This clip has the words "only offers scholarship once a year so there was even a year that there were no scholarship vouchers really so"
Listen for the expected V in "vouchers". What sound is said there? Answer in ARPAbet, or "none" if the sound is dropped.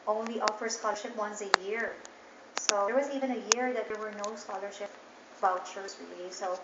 B